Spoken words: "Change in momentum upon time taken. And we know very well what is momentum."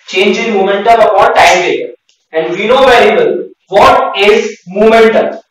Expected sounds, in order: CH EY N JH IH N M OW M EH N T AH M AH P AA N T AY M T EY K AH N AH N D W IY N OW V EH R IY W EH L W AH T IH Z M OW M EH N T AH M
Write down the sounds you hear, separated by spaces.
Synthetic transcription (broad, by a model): CH EY N JH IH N M OW M EH N T AH M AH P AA T AY M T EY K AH AH N D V IY N OW V EH R IY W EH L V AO T IH Z M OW M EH N T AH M